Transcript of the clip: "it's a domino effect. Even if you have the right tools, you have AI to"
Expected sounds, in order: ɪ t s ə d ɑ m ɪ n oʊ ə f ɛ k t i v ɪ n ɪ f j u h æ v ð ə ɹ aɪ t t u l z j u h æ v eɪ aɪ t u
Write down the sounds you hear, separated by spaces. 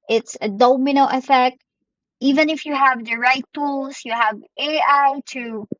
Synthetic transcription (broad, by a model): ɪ t s ə d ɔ m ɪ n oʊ ə f ɛ k t i v ɪ n ɪ f j u h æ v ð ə ɹ aɪ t t u l s j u h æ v eɪ aɪ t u